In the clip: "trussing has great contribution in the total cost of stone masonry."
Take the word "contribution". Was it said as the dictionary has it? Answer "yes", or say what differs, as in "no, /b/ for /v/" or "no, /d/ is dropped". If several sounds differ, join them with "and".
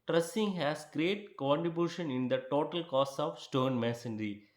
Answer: yes